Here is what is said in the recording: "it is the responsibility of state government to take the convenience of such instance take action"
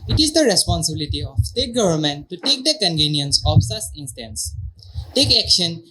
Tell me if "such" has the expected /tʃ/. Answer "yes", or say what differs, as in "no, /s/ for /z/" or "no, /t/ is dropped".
no, /s/ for /tʃ/